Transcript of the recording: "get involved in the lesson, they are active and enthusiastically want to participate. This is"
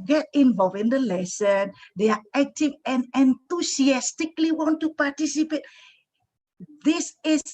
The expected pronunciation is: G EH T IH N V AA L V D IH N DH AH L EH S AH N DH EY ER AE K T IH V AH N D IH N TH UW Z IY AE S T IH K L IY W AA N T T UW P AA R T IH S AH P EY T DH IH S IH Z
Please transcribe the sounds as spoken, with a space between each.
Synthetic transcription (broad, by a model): G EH T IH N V AA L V IH N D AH L EH S AH N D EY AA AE K T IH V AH N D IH N T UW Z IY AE S T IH K L IY W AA N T T UW P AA T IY S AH P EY T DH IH S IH